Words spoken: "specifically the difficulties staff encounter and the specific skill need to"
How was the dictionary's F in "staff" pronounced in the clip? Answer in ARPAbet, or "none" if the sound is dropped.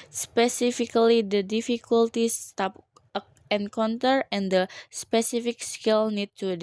P